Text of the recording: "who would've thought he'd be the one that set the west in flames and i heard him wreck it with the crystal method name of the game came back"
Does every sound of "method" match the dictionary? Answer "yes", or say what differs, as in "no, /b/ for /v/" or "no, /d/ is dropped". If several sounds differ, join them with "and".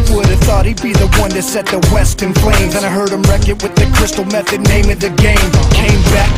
yes